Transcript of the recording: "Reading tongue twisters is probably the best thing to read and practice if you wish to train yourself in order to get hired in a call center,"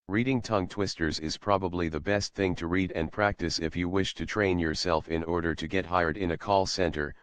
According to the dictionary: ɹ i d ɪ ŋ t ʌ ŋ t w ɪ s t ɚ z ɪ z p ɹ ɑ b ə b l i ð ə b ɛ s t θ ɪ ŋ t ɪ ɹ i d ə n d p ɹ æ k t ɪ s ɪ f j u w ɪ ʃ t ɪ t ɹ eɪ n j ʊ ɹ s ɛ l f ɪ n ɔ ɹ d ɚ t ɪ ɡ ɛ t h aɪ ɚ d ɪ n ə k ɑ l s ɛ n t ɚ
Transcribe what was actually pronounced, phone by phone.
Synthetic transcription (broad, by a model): ɹ i d ɪ ŋ t ʌ ŋ t w ɪ s t ɚ z ɪ z p ɹ ɑ b ə b l i ð ə b ɛ s t θ ɪ ŋ t ɪ ɹ i d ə n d p ɹ æ k t ɪ s ɪ f j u w ɪ ʃ t ɪ t ɹ eɪ n j ʊ ɹ s ɛ l f ɪ n ɔ ɹ d ɚ t ɪ ɡ ɛ t h aɪ ɚ d ɪ n ə k ɑ l s ɛ n t ɚ